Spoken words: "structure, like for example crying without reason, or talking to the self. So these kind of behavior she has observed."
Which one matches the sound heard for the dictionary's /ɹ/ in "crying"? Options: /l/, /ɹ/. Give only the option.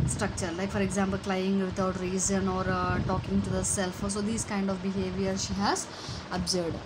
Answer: /l/